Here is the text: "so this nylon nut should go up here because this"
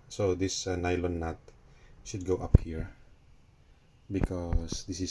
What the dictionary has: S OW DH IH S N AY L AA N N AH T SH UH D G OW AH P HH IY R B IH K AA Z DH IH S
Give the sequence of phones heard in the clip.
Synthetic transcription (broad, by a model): S OW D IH S N AY L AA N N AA T SH UH D G OW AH P HH IY R B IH K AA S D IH S